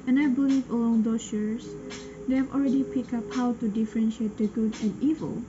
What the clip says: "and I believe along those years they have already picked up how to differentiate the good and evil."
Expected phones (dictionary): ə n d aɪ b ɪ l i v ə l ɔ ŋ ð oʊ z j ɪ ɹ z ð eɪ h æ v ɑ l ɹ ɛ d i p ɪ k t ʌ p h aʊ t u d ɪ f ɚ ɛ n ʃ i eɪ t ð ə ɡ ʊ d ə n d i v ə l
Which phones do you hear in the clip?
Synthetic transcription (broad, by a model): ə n aɪ b ɪ l i v ə l ɔ ŋ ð oʊ s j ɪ ɹ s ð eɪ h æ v ɑ l ɹ ɛ d i p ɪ k ʌ p h aʊ t u d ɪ f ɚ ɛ n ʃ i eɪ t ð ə ɡ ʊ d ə n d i v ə l